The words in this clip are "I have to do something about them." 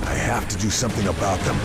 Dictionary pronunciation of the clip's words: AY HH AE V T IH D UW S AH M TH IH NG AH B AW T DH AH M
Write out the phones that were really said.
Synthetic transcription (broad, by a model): AY HH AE F T IH D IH S AH M TH IH NG AH B AW T DH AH M